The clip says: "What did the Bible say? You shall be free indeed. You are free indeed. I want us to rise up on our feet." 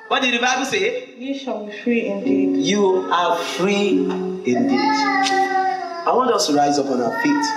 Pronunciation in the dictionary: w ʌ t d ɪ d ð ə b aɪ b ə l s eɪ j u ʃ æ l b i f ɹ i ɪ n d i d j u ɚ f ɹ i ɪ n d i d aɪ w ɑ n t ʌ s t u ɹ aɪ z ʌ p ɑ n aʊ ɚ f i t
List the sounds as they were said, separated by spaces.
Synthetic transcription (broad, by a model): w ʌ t d ɪ d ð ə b aɪ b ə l s eɪ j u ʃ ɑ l b i f ɹ i ɪ n d i d j u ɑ f ɹ i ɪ n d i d aɪ w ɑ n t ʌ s t u ɹ aɪ z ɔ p ɑ n aʊ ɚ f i t